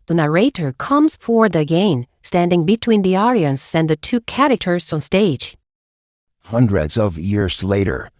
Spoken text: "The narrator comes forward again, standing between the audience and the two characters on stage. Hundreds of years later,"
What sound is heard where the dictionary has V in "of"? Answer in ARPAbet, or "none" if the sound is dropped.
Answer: V